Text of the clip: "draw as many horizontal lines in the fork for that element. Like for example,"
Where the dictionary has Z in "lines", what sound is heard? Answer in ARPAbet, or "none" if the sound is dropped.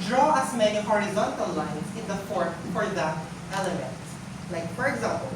S